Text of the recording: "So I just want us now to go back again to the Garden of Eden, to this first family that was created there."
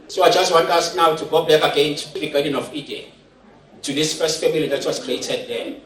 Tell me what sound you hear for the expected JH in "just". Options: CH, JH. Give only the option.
JH